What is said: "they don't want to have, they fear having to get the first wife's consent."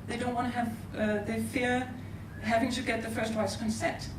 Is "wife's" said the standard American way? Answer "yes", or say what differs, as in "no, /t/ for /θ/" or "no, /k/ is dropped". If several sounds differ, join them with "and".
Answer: no, /f/ is dropped